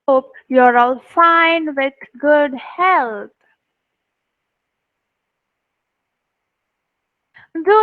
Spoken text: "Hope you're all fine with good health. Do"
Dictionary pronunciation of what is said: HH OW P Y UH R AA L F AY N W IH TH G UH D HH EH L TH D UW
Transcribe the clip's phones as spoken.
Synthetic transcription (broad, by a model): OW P Y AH R AA L F AY N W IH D G UH D HH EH L T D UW